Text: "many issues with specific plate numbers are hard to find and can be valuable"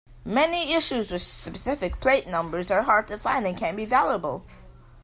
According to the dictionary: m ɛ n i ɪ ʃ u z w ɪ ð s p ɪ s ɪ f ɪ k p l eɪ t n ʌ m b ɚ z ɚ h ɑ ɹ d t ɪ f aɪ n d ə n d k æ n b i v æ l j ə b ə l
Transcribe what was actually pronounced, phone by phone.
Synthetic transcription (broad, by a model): m ɛ n i ɪ ʃ u z w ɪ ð s p ɪ s ɪ f ɪ k p l eɪ t n ʌ m b ɚ z ɚ h ɑ ɹ d t ɪ f aɪ n d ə n k æ n b i v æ l j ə b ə l